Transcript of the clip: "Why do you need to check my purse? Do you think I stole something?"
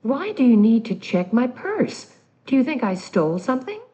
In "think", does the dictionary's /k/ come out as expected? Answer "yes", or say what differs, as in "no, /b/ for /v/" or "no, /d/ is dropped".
yes